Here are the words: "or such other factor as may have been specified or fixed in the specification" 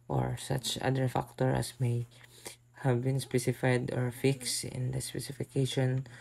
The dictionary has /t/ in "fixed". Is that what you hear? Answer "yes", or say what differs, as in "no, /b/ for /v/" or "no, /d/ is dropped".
yes